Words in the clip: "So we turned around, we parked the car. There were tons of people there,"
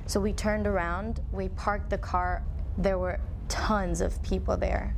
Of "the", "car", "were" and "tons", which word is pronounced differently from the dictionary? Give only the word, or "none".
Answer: none